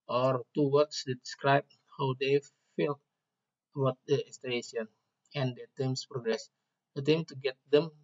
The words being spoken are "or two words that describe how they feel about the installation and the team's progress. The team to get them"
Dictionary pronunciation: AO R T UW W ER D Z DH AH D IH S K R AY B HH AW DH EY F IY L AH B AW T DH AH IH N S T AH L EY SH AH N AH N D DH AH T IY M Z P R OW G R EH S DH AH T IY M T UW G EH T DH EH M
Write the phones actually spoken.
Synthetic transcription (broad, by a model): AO R T UW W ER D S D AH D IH S K R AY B HH AW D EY F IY L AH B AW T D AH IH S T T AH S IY AH N AH N D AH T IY M S P R OW G R EH S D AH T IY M T UW G EH T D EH M